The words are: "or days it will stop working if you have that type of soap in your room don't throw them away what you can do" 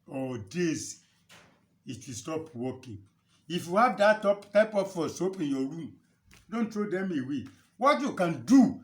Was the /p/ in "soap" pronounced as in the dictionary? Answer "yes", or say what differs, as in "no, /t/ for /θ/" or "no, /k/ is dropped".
yes